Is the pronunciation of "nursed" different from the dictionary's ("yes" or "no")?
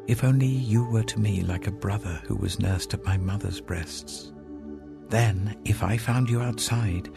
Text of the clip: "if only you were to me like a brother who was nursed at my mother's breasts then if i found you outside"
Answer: no